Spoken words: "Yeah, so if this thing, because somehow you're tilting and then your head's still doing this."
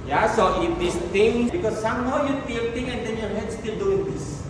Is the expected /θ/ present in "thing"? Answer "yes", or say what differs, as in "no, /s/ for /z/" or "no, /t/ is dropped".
no, /t/ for /θ/